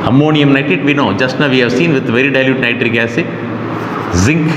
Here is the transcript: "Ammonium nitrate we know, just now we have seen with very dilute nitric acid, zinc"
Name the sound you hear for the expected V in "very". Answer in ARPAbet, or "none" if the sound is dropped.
V